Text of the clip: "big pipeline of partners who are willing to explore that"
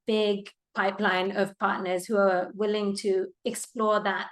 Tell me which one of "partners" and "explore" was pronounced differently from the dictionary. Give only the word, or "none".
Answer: none